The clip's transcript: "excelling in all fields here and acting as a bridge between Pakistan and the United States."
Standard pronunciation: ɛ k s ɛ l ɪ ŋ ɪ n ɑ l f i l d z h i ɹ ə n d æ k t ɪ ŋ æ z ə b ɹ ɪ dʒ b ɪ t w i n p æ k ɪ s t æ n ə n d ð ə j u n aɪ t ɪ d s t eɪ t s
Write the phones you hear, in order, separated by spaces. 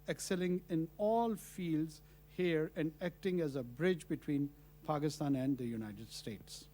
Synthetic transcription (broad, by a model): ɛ k s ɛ l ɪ ŋ ɪ n ɑ l f i l d z h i ɹ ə n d æ k t ɪ ŋ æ z ə b ɹ ɪ dʒ b ɪ t w i n p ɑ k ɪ s t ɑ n ə n d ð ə j u n aɪ t ɪ d s t eɪ t s